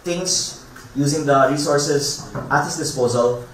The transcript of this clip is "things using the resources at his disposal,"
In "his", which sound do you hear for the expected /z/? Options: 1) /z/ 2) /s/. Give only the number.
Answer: 2